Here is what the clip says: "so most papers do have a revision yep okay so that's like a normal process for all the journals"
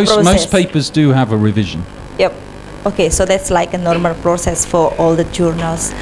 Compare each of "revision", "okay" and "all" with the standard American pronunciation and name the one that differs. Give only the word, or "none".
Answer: none